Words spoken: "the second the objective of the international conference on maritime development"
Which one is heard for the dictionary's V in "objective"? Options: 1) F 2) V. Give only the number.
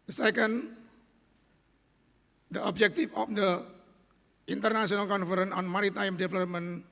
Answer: 1